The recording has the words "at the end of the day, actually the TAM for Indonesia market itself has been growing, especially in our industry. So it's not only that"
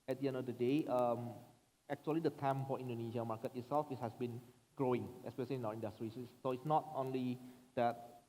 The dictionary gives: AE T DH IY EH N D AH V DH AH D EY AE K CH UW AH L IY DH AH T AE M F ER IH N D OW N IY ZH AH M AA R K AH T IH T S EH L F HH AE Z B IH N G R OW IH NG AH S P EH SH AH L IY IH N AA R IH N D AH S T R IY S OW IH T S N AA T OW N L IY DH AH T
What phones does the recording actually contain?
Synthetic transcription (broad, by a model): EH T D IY EH N D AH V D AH D EY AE K CH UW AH L IY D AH T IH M F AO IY N D OW N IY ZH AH M AA K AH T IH T S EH L F HH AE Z B IH N G R OW IH NG AH S P EH SH AH L IY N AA W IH N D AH S T R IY S OW IH T S N AA T OW N L IY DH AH T